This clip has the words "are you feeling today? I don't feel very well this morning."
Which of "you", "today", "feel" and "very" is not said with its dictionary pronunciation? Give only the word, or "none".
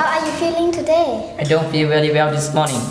very